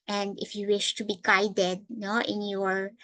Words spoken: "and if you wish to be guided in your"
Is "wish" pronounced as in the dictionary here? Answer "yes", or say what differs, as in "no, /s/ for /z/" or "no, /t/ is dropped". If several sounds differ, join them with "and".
yes